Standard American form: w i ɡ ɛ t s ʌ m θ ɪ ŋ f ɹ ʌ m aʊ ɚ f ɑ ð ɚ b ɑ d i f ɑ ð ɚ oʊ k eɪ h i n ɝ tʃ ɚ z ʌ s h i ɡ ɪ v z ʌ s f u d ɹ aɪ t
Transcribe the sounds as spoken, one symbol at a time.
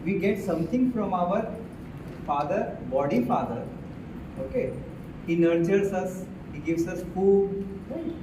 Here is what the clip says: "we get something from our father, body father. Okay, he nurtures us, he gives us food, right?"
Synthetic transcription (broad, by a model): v i ɡ ɛ t s ʌ m t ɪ ŋ f ɹ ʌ m aʊ ɚ f ɑ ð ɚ b ɑ d i f ɑ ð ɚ oʊ k eɪ h i n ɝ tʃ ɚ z ʌ s h i ɡ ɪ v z ʌ s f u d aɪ